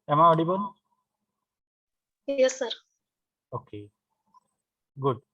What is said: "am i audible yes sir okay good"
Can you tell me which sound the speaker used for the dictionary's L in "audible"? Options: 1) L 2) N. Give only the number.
2